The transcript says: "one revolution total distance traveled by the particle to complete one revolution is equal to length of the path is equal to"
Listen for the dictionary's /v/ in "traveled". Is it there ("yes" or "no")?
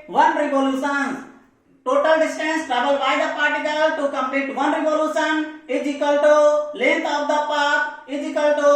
no